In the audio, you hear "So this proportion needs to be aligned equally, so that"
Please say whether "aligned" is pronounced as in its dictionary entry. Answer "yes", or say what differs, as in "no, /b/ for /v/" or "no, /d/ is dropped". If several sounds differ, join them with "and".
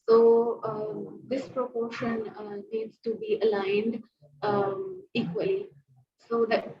yes